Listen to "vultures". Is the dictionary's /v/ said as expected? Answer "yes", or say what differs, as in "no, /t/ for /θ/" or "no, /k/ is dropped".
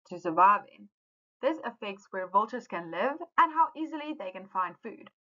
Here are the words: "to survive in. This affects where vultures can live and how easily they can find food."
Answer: yes